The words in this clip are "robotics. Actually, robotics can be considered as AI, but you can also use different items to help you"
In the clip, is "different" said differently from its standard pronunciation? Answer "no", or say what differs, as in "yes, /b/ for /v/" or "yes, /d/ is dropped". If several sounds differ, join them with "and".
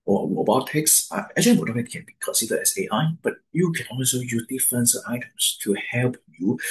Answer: yes, /ɹ/ is dropped